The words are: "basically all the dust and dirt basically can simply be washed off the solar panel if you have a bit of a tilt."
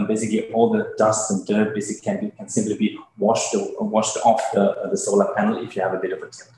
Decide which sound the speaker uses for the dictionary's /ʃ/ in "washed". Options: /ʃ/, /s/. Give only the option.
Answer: /ʃ/